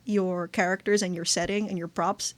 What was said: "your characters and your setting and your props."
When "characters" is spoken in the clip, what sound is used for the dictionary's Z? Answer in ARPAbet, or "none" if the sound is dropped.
Z